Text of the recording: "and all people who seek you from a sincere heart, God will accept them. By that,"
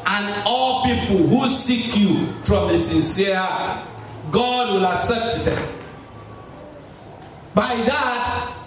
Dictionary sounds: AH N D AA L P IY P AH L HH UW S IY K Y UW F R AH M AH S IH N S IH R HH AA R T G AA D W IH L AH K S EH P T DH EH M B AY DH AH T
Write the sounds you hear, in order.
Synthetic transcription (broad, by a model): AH N AA L P IY P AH L HH UW S IY K Y UW F R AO M AH S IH N S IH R HH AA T G AA D W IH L AH K S EH P T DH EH M B AY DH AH T